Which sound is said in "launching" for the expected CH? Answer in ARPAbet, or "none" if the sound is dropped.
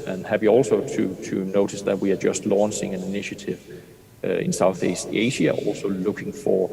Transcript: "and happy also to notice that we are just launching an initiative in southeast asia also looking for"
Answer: S